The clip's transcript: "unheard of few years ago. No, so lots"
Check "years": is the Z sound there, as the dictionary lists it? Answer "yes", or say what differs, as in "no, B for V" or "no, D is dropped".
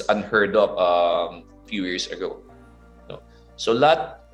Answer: no, S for Z